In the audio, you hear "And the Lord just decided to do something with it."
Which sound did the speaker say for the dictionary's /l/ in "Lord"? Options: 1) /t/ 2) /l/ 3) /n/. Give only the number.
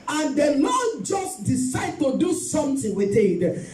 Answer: 3